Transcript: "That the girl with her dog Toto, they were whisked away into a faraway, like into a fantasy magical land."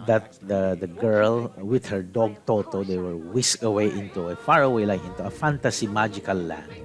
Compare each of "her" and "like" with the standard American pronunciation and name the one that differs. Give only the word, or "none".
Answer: like